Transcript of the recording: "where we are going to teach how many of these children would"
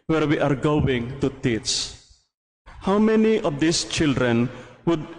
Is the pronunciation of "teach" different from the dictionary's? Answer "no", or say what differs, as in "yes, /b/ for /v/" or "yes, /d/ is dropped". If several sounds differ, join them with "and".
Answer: yes, /s/ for /tʃ/